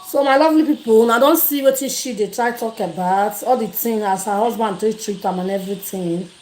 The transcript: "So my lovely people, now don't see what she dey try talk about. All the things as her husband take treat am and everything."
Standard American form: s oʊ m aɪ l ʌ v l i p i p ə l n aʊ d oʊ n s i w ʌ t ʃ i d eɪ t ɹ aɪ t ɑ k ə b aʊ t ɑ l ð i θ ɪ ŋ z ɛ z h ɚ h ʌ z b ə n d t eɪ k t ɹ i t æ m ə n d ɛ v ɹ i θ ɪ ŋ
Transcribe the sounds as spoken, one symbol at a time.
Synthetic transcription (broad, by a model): s oʊ m aɪ l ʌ v l i p i p ə l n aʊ d oʊ n s i w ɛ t ʃ i d eɪ t ɹ aɪ t ɑ k ə b aʊ t ɑ l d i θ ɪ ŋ ɑ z h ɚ h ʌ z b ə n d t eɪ t ɹ i t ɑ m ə n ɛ v ɹ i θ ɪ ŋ